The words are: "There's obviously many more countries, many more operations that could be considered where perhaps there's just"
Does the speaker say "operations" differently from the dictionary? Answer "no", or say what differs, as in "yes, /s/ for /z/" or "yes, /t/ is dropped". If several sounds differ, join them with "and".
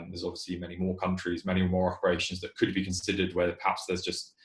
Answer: no